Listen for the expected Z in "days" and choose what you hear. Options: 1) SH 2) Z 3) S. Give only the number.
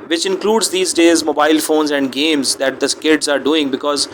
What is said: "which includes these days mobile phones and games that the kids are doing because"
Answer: 2